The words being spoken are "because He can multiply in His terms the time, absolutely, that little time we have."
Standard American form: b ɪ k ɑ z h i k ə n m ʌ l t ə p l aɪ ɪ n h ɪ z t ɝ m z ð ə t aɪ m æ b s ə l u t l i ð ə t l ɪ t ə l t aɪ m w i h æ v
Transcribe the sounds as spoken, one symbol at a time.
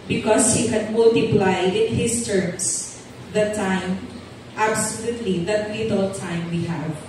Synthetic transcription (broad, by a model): b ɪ k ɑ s h i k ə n m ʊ l t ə p l aɪ ɪ n h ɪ s t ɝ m s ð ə t aɪ m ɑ b s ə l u t l i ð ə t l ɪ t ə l t aɪ m w i h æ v